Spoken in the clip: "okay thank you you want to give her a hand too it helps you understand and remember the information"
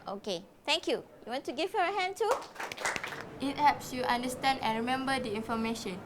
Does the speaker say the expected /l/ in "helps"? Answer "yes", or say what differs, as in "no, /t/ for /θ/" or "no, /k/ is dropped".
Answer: no, /l/ is dropped